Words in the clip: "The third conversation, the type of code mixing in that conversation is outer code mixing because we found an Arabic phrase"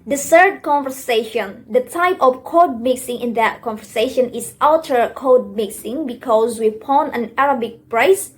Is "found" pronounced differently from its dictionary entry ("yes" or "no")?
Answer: yes